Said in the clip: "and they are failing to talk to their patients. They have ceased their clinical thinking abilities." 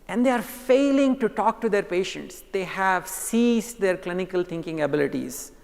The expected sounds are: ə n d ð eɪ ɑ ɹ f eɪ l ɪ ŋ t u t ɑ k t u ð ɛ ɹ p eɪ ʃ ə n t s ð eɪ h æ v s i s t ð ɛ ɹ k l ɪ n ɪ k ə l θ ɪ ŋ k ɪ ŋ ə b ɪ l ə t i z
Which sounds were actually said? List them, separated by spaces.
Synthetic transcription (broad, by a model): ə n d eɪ ɑ ɹ f eɪ l ɪ ŋ t u t ɑ k t u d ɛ ɹ p eɪ ʃ ə n t s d eɪ h æ v s i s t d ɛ ɹ k l ɪ n ɪ k ə l t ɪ ŋ k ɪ ŋ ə b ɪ l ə t i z